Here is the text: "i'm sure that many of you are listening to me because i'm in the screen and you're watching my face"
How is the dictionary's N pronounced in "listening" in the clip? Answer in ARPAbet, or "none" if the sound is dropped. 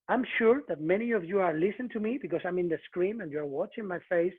none